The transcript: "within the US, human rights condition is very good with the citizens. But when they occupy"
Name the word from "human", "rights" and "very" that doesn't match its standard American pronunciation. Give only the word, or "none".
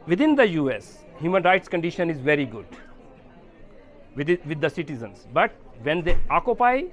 none